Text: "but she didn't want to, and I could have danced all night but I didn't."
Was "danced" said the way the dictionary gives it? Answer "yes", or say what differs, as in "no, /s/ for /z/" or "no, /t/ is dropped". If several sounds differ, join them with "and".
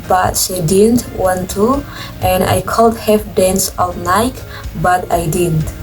no, /t/ is dropped